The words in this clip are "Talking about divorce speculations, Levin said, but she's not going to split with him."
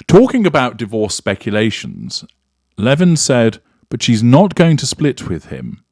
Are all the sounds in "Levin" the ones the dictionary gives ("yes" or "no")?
yes